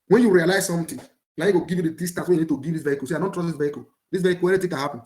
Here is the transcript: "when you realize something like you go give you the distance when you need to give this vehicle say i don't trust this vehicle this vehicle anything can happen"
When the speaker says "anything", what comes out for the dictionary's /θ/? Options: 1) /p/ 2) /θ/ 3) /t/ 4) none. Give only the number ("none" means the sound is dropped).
3